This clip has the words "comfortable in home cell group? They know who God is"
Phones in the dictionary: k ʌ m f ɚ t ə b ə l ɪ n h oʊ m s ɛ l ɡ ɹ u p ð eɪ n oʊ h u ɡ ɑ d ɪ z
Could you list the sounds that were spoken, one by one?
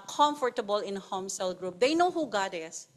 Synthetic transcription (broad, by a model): k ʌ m f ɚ t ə b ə l ɪ n h oʊ m s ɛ l ɡ ɹ u p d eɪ n oʊ h u ɡ ɑ d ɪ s